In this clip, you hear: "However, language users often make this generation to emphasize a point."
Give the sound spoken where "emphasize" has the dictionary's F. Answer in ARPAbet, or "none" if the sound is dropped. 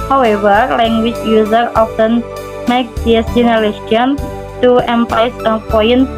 P